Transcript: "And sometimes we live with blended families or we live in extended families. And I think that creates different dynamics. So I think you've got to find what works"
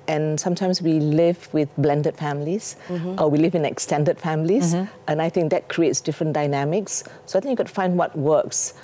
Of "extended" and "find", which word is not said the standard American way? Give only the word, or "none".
none